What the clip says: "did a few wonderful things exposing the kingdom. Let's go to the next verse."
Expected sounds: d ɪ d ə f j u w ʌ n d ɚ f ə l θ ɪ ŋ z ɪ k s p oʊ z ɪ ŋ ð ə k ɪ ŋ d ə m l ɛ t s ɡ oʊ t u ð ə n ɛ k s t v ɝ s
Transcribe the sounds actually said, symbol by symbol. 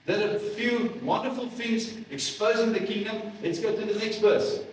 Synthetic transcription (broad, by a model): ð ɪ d ə f j u w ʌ n d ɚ f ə l f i z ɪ k s p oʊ z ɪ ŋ ð ə k ɪ ŋ d ə m l ɛ t s ɡ oʊ t u ð ə n ɛ k s t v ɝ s